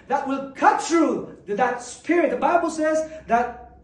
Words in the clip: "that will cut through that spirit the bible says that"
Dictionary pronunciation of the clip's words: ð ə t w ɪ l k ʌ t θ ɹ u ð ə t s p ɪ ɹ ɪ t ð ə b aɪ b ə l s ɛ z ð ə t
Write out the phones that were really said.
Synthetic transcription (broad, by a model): ð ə t w ɪ l k ʌ t θ ɹ u ð ə t s p ɪ ɹ ɪ t ð ə b aɪ b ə l s ɛ z ð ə t